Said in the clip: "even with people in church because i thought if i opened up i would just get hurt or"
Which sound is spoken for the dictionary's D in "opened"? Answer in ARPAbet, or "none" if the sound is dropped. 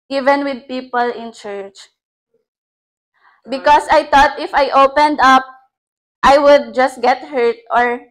D